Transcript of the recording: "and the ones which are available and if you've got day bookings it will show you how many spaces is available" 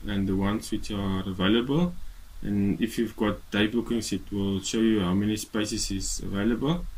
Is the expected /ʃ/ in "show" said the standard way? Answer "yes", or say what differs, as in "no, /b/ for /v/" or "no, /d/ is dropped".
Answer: yes